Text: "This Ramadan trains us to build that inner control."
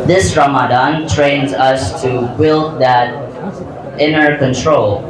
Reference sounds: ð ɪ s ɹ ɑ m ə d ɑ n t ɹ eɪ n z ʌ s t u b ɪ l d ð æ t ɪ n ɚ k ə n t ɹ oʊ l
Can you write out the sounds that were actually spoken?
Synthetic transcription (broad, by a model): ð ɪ s ɹ ɑ m ə d ɑ n t ɹ eɪ n z ʌ s t u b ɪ l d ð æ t ɪ n ɚ k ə n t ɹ oʊ l